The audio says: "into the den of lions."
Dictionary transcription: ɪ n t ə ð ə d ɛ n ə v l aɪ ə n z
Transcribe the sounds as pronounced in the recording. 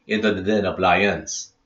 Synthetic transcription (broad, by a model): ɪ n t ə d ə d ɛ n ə p l aɪ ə n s